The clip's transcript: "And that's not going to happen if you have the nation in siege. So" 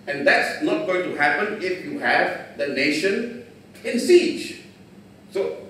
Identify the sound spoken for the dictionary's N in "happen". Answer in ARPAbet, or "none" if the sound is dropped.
N